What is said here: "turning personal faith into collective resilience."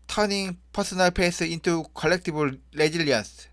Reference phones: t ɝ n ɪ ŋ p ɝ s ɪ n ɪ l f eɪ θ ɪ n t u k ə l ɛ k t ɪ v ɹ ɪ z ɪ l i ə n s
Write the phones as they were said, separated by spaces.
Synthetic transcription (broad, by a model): t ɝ n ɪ ŋ p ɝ s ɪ n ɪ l p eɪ s ɪ n t u k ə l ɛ k t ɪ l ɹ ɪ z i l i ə n s